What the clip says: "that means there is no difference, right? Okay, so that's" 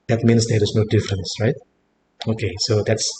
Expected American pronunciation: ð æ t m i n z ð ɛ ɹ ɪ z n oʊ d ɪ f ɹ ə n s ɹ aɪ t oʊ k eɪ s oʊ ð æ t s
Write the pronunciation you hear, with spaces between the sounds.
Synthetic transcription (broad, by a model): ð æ t m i n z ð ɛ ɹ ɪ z n oʊ d ɪ f ɹ ə n s ɹ aɪ t oʊ k eɪ s oʊ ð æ t s